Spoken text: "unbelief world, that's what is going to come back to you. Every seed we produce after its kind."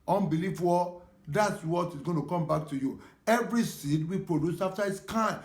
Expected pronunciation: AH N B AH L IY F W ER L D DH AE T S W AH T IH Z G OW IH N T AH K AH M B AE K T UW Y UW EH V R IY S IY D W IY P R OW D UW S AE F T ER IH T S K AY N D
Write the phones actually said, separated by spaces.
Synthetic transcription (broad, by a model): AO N B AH L IY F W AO D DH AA T S W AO T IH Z G OW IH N T AH K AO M B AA K T UW Y UW EH V R IY S IY D W IY P R OW D UW S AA F T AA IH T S K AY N